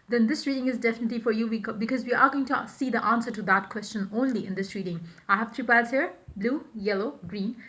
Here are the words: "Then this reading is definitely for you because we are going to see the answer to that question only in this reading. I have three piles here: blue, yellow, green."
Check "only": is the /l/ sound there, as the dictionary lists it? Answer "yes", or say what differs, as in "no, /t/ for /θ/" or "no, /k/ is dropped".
yes